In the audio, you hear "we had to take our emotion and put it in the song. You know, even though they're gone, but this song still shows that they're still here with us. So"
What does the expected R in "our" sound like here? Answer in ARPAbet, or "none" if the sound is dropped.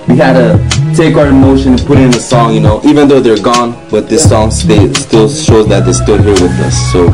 R